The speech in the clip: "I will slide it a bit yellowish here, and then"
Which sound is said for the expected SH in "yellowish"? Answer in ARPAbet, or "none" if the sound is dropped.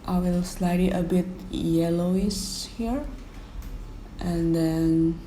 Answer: S